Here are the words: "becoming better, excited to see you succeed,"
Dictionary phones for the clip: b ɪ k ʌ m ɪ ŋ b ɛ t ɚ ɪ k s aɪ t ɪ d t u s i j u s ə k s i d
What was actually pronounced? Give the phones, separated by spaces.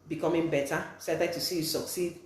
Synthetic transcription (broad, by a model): b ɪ k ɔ m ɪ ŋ b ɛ t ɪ s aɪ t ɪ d t u s i j u s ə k s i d